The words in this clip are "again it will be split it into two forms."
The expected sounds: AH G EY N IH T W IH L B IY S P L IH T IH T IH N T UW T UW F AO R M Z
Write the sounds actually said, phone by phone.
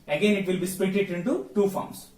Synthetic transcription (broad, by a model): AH G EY N IH T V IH L B IY S P EH T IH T IH N T UW T UW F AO R M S